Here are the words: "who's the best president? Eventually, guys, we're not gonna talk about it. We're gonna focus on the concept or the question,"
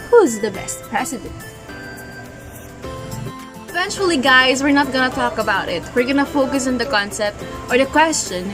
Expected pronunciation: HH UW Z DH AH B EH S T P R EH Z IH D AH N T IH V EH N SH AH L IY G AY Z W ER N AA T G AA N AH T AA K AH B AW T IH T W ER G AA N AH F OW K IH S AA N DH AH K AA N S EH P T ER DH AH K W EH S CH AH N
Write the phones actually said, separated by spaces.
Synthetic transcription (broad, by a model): HH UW Z DH AH B EH S T P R EH S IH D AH N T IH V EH N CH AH L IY G AY Z W ER N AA T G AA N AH T AA K AH B AW T IH T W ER G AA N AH F OW K IH S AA N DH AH K AA N S EH P T ER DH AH K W EH S CH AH N